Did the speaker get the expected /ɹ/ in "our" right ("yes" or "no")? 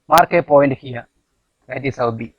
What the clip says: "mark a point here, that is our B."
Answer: no